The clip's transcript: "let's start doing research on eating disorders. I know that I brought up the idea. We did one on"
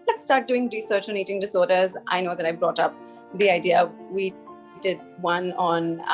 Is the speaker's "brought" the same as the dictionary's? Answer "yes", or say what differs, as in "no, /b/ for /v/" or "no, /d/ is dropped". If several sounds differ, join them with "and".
yes